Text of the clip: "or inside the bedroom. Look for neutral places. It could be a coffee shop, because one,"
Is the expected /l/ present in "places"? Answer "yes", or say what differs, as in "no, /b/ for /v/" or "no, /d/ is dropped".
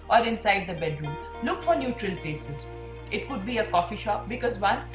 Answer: no, /l/ is dropped